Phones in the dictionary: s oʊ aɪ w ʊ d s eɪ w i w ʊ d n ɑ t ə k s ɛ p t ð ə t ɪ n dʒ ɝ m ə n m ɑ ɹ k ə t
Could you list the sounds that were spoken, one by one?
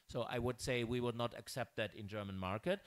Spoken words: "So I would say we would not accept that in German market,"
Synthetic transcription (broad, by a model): s oʊ aɪ w ʊ d s eɪ w i w ʊ d n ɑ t ə k s ɛ p t ð ə t ɪ n dʒ ɝ m ə n m ɑ ɹ k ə t